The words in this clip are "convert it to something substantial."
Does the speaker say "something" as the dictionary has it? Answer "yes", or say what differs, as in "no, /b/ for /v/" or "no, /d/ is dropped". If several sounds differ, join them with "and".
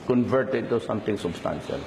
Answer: no, /t/ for /θ/